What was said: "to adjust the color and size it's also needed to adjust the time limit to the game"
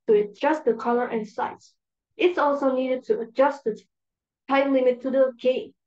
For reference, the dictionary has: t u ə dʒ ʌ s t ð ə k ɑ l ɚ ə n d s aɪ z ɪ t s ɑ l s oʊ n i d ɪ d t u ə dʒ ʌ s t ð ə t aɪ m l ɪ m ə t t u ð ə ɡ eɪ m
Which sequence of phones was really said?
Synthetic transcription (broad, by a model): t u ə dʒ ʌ s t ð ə k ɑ l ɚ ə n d s aɪ s ɪ t s ɑ l s oʊ n i d ɪ d t u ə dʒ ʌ s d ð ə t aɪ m l ɪ m ə t t u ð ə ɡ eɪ